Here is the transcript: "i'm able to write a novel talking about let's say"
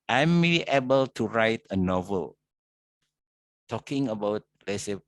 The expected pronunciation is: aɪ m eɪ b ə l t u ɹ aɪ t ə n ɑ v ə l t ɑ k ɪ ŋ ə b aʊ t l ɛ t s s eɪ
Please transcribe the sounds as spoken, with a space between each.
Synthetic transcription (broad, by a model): aɪ m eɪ b ə l t u ɹ aɪ t ə n ɑ v ə l t ɑ k ɪ ŋ ə b aʊ t l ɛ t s s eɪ